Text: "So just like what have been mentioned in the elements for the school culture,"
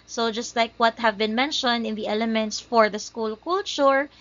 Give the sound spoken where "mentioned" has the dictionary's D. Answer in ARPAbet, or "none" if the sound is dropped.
D